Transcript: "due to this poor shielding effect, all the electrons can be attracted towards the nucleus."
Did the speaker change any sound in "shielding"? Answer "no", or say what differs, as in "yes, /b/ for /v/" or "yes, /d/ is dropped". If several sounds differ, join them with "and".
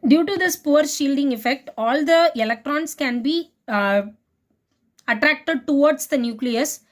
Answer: no